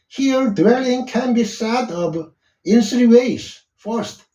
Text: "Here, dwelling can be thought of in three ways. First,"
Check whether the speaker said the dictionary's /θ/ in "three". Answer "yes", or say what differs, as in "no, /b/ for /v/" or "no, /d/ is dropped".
no, /s/ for /θ/